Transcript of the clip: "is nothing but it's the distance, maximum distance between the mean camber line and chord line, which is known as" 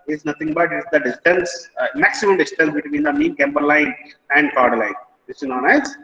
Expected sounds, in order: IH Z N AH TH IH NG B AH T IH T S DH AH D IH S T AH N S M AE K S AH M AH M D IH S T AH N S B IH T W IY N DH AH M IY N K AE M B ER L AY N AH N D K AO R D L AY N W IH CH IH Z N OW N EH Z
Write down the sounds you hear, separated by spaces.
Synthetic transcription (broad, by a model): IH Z N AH T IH NG B AH T IH T S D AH D IH S T AH N S M AE K S AH M AH M D IH S T AH N S B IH T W IY N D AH M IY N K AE M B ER L AY N AH N D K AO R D L AY N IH S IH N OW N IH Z